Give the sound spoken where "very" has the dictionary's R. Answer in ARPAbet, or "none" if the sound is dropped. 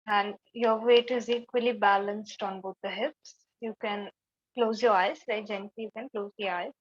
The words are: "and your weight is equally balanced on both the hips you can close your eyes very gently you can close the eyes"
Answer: none